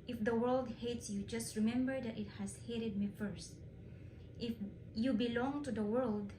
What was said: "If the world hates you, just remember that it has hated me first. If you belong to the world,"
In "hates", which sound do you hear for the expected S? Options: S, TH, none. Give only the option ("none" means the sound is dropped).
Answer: S